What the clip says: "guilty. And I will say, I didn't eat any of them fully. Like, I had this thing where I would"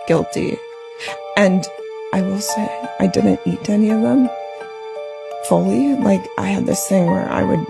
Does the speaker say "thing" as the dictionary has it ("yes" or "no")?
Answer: yes